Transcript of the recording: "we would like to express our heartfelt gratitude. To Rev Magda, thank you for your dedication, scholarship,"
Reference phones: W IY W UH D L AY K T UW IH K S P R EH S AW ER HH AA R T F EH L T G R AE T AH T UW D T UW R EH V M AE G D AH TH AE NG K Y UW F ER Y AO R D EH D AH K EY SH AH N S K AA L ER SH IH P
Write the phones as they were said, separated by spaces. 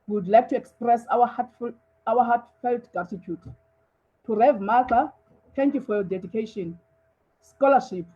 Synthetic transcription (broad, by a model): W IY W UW D L AY K T UW IH K S P R EH S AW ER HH AA W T F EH L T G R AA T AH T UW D T UW R EH V M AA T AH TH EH NG K Y UW F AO Y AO D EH D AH K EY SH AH N S K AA L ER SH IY P